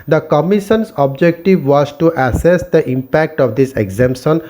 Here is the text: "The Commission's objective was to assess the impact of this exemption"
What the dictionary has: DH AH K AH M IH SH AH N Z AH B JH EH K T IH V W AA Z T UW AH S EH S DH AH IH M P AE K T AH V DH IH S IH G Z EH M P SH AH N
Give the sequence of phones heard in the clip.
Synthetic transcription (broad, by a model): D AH K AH M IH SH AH N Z AH B JH EH K T IH V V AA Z T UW AH S EH S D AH IH M P AE K T AH V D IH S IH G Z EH M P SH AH N